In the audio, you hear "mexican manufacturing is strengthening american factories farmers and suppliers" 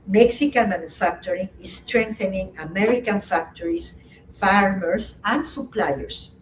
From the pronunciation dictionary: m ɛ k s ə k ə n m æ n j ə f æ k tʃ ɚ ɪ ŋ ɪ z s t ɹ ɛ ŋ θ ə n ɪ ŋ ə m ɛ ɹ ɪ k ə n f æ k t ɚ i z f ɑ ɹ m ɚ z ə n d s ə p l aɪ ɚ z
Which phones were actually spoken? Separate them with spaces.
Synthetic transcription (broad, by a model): m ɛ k s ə k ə n m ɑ n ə f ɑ k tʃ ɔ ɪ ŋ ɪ s t ɹ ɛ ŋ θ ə n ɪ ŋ ə m ɛ ɹ ɪ k ə n f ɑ k t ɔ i s f ɑ ɹ m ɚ s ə n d s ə p l aɪ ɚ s